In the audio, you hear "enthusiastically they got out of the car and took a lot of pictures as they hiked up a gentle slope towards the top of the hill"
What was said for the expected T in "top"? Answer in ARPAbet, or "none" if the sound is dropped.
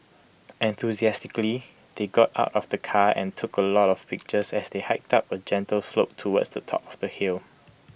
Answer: T